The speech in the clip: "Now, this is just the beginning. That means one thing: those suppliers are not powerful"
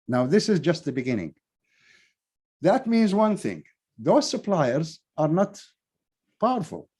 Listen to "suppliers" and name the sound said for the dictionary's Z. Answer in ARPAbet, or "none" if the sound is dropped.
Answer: Z